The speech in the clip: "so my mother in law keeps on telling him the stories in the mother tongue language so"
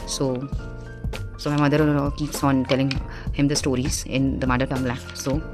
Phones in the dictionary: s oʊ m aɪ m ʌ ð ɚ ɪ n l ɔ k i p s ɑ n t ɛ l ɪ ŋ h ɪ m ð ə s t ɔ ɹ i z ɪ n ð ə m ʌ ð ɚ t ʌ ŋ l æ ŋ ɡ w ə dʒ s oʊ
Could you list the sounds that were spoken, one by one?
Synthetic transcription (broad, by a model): s oʊ m aɪ m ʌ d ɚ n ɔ k i p s ɑ n t ɛ l ɪ ŋ h ɪ m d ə s t ɔ ɹ i z ɪ n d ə m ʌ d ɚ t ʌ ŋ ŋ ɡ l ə s oʊ